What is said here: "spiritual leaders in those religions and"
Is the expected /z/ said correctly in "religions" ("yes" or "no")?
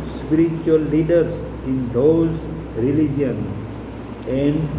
no